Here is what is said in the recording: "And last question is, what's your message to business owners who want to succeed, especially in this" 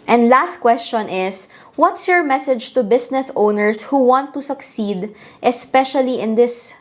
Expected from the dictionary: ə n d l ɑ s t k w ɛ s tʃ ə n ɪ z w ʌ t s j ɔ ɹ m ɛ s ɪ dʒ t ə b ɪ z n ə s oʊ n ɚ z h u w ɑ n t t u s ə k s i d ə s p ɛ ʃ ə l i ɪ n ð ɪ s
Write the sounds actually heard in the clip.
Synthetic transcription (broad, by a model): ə n d l ɑ s t k w ɛ s tʃ ə n ɪ s w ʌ t s j ɔ ɹ m ɛ s ɪ dʒ t ə b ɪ s n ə s oʊ n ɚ s h u w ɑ n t t u s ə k s i d ə s p ɛ ʃ ə l i ɪ n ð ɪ s